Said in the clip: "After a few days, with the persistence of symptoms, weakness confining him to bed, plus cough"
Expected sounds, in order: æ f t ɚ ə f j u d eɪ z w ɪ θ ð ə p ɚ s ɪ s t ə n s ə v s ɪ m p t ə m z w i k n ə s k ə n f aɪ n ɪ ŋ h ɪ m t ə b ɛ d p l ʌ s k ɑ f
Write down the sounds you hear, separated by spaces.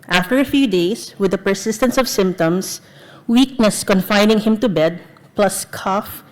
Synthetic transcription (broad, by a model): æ f t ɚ ə f j u d eɪ s w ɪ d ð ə p ɚ s ɪ s t ə n s ə v s ɪ m p t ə m s w i k n ə s k ə n f aɪ n ɪ ŋ h ɪ m t ə b ɛ d p l ʌ s k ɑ f